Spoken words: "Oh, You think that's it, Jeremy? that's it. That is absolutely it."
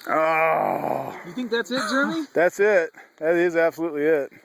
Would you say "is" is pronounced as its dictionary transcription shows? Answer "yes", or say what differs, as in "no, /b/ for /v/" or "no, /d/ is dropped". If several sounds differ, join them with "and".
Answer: yes